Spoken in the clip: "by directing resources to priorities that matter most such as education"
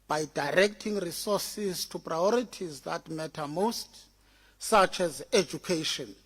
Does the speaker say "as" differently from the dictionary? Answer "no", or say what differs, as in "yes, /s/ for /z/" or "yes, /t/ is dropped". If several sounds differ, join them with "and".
no